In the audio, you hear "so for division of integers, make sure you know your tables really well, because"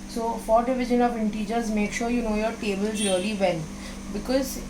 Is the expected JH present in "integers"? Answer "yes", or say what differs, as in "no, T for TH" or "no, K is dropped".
yes